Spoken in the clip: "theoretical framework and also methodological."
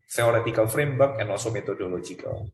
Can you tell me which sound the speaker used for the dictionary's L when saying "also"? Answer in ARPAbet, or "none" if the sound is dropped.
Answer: none